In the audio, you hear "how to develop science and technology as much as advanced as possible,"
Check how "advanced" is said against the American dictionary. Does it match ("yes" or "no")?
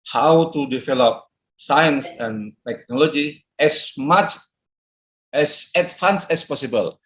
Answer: no